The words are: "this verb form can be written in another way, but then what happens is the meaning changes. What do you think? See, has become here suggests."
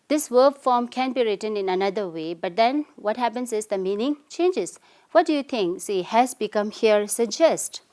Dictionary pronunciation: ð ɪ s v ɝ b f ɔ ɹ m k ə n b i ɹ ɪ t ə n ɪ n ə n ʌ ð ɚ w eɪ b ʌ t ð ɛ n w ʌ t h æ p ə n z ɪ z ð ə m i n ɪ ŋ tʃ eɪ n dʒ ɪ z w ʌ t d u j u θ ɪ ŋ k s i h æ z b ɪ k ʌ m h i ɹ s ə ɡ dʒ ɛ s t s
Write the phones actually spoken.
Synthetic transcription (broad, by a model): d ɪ s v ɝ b f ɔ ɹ m k ə n b i ɹ ɪ t ə n ɪ n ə n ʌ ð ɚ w eɪ b ʌ t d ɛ n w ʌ t h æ p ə n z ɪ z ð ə m i n ɪ ŋ tʃ eɪ n dʒ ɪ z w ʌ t d u j u t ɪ ŋ k s i h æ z b ɪ k ʌ m h i ɹ s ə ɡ dʒ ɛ s t